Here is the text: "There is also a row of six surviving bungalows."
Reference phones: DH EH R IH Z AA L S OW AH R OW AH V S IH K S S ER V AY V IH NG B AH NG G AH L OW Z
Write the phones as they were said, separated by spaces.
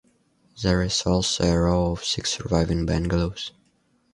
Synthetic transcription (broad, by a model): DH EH R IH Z AA L S OW AH R OW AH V S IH K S S ER V AY V IH NG B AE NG G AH L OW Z